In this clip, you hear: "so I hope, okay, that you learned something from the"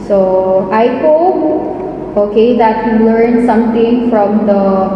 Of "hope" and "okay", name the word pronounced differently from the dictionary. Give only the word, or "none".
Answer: hope